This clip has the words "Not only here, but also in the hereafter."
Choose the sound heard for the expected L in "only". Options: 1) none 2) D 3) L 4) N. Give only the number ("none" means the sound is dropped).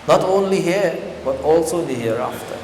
3